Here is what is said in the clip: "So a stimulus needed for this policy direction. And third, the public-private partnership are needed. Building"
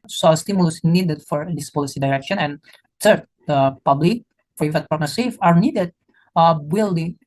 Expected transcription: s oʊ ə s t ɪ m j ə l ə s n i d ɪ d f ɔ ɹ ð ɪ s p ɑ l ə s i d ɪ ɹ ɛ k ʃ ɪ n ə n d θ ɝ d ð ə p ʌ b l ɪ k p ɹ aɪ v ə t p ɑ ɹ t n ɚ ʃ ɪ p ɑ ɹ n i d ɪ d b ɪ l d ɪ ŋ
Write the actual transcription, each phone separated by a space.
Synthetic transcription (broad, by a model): s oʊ ə s t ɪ m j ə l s n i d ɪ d f ɔ ɹ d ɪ s p ɑ l ə s i d ɪ ɹ ɛ k ʃ ɪ n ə n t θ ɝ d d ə p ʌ b l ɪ k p ɹ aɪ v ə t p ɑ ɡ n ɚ s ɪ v ɑ ɹ n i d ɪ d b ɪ l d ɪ